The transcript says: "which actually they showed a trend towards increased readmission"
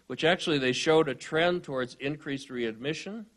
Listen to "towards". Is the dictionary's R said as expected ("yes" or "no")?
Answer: yes